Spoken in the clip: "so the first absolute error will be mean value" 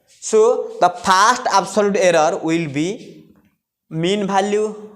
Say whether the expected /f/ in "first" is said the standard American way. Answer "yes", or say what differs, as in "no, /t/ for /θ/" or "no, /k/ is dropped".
no, /p/ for /f/